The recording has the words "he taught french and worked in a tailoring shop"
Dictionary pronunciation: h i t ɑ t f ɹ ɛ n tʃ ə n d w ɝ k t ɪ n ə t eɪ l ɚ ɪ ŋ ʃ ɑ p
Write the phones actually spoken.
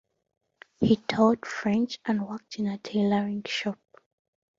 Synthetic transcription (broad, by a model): h i t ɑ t f ɹ ɛ n tʃ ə n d w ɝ k t ɪ n ə t eɪ l ɚ ɪ ŋ ʃ ɑ p